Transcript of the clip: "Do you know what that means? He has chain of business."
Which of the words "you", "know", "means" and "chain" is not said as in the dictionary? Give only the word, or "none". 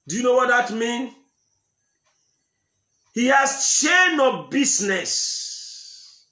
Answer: means